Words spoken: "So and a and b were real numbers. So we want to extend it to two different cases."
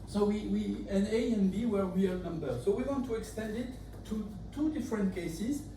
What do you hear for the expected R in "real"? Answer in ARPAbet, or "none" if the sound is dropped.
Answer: W